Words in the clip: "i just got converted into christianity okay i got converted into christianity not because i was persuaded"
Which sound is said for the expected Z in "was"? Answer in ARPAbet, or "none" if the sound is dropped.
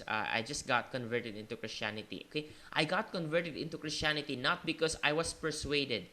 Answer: S